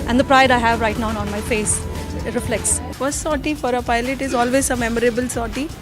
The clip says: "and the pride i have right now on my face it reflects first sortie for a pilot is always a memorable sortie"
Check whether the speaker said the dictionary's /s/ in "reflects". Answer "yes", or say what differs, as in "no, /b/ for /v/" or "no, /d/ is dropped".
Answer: yes